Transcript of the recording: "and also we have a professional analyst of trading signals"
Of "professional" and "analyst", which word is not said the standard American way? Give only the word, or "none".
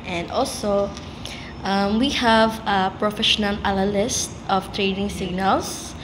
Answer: analyst